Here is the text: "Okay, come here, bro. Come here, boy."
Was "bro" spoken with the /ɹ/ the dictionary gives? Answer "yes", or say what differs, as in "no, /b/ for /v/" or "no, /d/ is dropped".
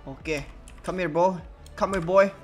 no, /ɹ/ is dropped